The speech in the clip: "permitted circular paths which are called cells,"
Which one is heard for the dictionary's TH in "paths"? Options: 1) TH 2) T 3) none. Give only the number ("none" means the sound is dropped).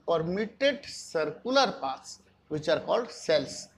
2